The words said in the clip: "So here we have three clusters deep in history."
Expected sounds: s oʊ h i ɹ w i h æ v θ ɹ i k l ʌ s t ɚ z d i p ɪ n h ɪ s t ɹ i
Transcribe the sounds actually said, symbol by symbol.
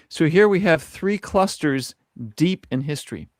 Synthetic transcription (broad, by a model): s oʊ h i ɹ w i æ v θ ɹ i k l ʌ s t ɚ z d i p ɪ n h ɪ s t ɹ i